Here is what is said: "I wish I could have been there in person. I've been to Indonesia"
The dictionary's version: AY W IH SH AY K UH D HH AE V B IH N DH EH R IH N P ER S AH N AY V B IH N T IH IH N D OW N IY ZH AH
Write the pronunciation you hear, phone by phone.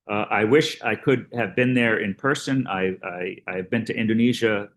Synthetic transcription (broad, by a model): AY W IH SH AY K UH D HH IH V B IH N DH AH R IH N P ER S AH N AY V B IH N T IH IH N D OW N IY ZH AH